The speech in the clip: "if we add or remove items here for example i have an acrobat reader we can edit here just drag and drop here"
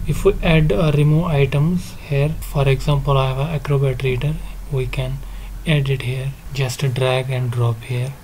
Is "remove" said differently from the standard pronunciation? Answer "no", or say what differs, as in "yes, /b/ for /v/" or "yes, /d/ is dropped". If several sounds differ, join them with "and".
yes, /v/ is dropped